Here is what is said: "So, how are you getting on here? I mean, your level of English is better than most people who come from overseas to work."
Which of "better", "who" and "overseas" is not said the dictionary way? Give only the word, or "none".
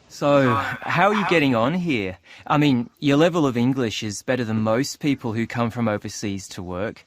none